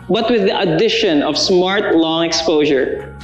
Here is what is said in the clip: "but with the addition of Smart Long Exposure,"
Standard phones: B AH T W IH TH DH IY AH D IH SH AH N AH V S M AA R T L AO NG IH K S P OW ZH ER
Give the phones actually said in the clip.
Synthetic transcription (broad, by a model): B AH T W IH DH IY AH D IH SH AH N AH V S M AA R T L AO NG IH K S P OW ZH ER